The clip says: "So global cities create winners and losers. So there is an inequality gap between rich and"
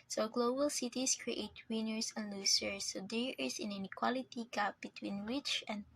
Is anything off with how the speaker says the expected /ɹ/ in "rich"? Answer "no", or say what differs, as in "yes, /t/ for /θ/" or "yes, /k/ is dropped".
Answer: yes, /w/ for /ɹ/